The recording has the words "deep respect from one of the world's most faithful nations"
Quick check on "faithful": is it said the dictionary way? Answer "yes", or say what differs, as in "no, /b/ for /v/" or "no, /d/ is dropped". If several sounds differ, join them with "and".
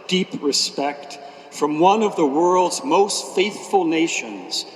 yes